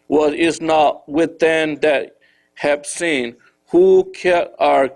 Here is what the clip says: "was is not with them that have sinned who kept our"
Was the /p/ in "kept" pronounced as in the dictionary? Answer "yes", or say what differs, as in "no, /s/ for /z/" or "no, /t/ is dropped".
no, /p/ is dropped